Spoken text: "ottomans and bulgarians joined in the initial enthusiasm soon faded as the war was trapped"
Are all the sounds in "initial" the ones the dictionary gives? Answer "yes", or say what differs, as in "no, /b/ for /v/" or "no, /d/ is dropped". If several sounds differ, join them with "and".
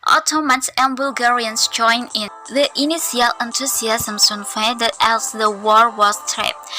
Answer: no, /s/ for /ʃ/